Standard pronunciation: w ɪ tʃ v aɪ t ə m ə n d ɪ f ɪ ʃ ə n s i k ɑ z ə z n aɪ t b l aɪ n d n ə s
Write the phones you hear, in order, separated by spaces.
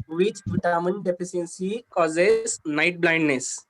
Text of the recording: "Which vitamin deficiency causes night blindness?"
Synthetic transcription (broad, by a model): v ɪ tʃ p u t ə m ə n d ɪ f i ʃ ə n s i k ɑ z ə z n aɪ t b l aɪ n d n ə s